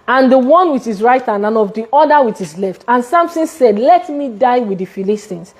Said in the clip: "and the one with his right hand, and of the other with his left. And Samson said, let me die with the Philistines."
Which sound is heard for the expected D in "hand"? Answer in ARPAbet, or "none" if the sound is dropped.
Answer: none